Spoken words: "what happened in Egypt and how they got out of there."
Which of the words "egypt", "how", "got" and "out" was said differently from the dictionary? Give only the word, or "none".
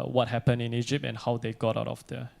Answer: none